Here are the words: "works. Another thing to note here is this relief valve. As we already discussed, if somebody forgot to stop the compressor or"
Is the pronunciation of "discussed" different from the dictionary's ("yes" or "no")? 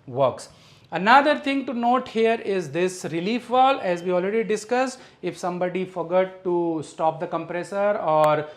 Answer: yes